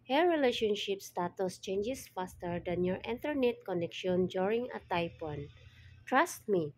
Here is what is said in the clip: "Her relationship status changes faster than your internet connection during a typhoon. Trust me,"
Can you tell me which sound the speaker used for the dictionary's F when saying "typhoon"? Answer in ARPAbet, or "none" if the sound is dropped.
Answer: P